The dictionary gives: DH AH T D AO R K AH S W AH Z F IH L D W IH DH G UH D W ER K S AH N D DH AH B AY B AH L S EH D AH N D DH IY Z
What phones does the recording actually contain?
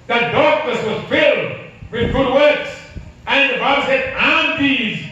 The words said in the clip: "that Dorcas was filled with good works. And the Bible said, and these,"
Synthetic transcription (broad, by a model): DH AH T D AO R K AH S W AH Z F IH L D W IH DH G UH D W ER K S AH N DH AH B AY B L S EH D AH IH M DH IY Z